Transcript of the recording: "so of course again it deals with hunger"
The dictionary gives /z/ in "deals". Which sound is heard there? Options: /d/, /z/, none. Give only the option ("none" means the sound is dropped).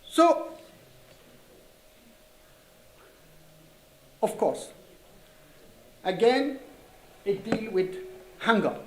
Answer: none